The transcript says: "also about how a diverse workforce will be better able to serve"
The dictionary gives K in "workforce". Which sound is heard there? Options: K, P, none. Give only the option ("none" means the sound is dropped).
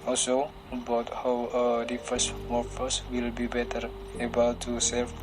none